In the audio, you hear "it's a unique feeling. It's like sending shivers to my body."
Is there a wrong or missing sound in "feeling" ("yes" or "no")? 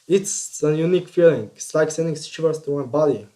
no